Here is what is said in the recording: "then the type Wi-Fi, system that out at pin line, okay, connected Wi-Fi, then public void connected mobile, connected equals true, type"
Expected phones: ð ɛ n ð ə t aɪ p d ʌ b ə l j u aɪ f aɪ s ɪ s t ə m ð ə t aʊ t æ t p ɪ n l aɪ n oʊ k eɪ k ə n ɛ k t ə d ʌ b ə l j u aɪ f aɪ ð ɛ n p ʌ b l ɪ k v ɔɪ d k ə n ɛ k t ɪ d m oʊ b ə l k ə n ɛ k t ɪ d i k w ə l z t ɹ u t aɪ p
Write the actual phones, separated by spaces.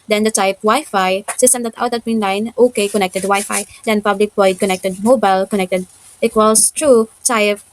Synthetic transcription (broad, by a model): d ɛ n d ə t aɪ p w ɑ ə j f aɪ s ɪ s t ə m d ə t aʊ t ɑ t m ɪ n l aɪ n oʊ k eɪ k ə n ɛ k t ə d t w aɪ f aɪ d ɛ n p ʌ b l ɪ k b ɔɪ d k ə n ɛ k t ɪ d m oʊ b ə l k ə n ɛ k t ɪ d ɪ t w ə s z t ɹ u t aɪ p